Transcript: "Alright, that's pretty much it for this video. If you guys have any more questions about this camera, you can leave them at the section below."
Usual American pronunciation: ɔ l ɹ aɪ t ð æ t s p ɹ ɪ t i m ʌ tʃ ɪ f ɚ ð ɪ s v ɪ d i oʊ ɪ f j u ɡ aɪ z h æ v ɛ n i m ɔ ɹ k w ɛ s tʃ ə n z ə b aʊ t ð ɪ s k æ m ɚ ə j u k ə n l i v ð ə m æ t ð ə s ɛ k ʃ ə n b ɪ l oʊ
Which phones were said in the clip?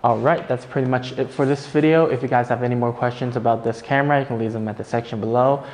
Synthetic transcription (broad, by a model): ɔ l ɹ aɪ t ð æ t s p ɹ ɪ t i m ʌ tʃ ɪ f ɚ ð ɪ s v ɪ d i oʊ ɪ f j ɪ ɡ aɪ z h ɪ v ɛ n i m ɔ ɹ k w ɛ s tʃ ə n z ə b aʊ t ð ɪ s k æ m ɚ ə j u k n l i v ð ə m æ t ð ə s ɛ k ʃ ə n b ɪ l oʊ